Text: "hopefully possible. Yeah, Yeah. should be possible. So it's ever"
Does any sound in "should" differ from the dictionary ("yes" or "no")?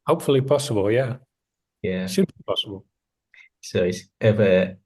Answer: yes